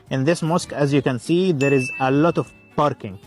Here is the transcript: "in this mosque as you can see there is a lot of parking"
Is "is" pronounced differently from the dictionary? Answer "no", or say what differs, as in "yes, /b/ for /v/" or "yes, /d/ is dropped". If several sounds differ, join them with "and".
no